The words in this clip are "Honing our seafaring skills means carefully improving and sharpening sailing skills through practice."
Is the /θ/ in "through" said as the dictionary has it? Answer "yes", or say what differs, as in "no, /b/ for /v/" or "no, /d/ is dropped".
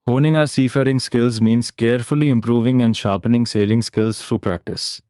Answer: no, /f/ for /θ/